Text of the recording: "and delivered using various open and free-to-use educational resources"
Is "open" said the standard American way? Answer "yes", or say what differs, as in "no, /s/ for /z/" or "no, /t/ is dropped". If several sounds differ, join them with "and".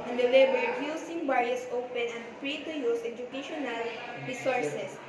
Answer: yes